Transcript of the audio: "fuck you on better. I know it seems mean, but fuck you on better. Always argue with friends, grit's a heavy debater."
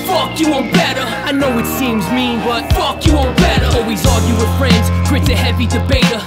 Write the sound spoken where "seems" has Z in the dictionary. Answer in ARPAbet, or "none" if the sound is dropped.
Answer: Z